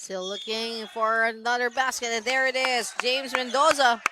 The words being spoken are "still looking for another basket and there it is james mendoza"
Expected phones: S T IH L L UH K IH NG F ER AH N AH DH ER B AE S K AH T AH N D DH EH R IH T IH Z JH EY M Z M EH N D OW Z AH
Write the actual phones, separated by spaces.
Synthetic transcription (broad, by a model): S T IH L L UH K IH NG F ER AH N AH DH ER B AE S K AH T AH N DH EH R IH T IH Z JH EY M Z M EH N D OW Z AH